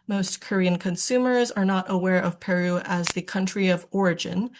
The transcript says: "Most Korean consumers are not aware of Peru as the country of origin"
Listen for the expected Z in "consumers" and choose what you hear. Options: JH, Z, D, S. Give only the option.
Z